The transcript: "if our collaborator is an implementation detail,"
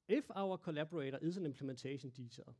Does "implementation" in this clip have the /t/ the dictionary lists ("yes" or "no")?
no